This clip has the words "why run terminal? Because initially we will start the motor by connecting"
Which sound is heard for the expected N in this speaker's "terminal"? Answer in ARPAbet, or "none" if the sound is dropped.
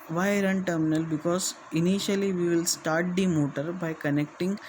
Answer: N